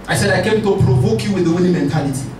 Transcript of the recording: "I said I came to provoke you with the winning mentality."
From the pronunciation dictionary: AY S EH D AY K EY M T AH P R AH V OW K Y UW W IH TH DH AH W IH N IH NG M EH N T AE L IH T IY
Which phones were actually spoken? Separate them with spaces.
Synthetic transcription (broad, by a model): AY S EH D AY K EY M T AH P R AH V OW K Y UW W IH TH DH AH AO L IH M EH N T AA L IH T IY